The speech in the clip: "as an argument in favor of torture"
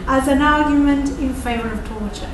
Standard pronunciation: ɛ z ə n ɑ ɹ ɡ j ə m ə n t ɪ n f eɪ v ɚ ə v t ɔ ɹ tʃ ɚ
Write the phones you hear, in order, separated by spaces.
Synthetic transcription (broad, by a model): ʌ z ə n ɑ ɹ ɡ j ə m ə n t ɪ n f eɪ v ɚ ə v t ɔ ɹ tʃ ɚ